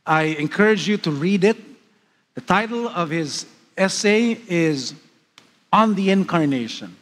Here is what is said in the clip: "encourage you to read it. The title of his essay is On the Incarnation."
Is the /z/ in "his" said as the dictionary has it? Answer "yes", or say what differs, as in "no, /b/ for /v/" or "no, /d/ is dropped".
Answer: yes